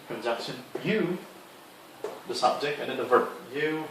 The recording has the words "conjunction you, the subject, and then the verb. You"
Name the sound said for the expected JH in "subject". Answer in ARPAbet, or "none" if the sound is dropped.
JH